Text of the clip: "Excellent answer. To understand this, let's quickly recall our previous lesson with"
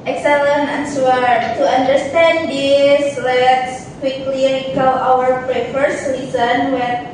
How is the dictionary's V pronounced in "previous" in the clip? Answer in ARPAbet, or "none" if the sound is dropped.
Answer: F